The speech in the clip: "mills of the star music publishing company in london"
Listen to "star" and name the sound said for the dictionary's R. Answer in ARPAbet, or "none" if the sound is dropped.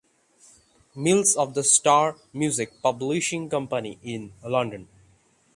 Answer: R